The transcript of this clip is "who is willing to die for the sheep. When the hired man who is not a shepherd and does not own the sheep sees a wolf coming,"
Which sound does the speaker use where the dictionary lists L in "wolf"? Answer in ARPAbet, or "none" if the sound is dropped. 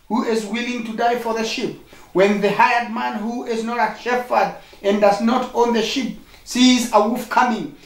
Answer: none